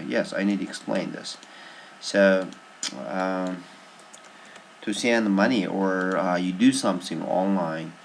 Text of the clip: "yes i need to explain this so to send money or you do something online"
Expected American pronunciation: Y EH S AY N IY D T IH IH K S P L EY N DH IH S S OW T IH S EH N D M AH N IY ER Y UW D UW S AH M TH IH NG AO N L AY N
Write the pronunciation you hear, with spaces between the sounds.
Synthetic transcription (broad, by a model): Y EH S AY N IY D T IH IH K S P L EY N DH IH S S OW T IH S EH N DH M AH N IY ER Y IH D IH S AH M TH IH NG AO N L AY N